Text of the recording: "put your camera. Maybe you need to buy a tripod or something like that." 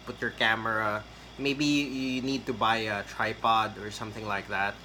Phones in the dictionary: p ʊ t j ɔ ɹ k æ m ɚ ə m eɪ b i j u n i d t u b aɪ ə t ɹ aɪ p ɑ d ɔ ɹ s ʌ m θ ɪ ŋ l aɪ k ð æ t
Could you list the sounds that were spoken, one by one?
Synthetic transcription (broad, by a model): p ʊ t j ɔ ɹ k æ m ɚ ə m eɪ b i j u n i d t u b aɪ ə t ɹ aɪ p ɑ d ɔ ɹ s ʌ m θ ɪ ŋ l aɪ k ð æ t